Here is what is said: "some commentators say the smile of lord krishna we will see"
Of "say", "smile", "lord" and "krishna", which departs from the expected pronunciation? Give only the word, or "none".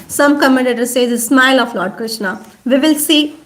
none